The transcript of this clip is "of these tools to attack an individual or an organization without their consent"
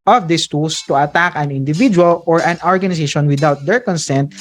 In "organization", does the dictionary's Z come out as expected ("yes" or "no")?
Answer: no